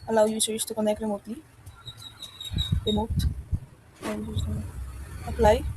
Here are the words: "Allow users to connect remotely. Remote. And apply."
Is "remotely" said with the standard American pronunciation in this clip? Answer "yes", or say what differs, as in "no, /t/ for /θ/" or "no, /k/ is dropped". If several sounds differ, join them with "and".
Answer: no, /l/ is dropped